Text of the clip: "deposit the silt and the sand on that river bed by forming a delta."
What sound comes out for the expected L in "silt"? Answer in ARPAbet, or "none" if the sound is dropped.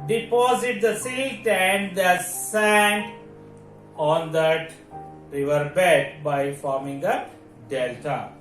none